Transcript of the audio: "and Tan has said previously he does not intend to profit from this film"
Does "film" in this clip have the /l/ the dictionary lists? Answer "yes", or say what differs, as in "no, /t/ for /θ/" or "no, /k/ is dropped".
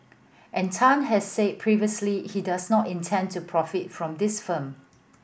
no, /l/ is dropped